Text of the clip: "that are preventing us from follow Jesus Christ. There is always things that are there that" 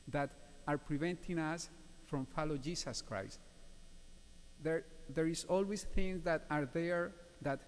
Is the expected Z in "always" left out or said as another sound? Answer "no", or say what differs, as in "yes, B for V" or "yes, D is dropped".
yes, S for Z